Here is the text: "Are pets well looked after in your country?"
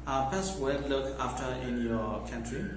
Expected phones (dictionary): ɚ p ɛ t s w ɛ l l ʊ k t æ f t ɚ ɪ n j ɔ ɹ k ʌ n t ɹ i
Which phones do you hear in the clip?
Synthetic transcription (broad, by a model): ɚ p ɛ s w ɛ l l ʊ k æ f t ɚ ɪ n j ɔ k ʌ n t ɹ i